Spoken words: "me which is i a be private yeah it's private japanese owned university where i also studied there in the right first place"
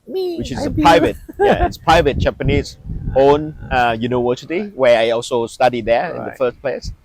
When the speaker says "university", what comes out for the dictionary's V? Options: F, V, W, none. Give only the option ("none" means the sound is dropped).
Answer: W